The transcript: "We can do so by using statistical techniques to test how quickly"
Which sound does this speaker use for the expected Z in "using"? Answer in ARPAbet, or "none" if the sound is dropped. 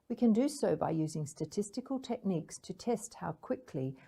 Z